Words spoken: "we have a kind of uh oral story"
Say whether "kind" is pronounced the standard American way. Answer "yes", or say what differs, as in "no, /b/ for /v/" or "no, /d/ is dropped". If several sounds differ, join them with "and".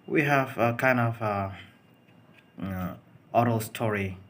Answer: yes